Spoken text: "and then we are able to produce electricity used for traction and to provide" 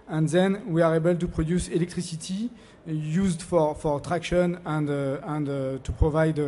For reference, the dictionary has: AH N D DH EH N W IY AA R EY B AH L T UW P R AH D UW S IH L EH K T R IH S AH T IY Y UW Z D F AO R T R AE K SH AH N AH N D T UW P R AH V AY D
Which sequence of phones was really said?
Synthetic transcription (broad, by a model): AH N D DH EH N W IY AA R EY B AH L T UW P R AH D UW S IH L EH K T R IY S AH T IY Y UW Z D F AO R T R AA K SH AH N AH N D T UW P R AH V AY D